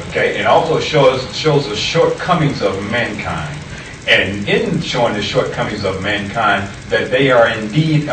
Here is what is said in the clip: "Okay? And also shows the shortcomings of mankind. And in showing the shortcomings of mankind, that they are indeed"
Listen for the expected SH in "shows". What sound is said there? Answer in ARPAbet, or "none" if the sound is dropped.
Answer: SH